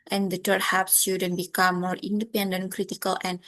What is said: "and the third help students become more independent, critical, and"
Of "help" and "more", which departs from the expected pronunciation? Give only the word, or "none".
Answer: help